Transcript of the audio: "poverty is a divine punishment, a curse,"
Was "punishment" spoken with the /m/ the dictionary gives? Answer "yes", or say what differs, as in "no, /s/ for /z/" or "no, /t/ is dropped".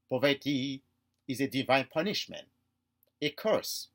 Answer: yes